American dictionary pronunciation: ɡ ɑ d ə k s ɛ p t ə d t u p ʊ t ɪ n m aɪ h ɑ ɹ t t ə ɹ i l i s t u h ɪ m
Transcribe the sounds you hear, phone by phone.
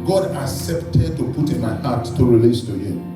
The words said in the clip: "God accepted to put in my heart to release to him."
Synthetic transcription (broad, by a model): ɡ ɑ d ə k s ɛ p t ə d t u p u t ɪ n m aɪ h ɑ t t ə ɹ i l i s t u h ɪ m